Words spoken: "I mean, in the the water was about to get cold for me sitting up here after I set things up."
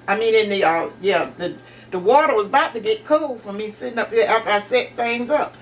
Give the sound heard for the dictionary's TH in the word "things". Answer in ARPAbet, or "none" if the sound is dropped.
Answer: TH